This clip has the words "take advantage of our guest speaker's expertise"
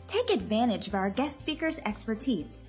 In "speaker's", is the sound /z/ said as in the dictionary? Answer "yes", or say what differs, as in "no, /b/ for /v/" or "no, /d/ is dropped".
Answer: yes